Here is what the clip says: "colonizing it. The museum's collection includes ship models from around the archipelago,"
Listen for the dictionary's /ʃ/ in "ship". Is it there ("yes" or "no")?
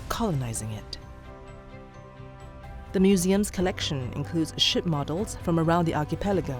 yes